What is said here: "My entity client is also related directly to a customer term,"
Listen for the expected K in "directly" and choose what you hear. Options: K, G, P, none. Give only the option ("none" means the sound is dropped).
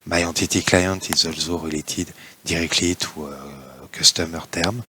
K